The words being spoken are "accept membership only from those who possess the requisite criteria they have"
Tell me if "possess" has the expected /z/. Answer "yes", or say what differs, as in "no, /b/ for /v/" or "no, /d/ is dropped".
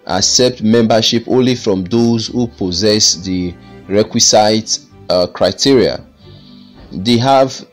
yes